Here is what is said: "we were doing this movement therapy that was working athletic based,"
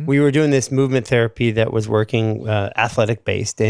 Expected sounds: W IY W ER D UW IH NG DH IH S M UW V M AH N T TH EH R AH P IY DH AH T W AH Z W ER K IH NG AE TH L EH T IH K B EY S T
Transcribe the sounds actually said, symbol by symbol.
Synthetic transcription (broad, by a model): W IY W ER D UW IH NG DH IH S M UW V M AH N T TH EH R AH P IY DH AH T W AH Z W ER K IH NG AE TH L EH T IH K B EY S T